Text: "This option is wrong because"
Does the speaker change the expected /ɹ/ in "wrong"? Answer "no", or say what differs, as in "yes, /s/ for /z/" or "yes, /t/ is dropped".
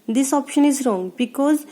no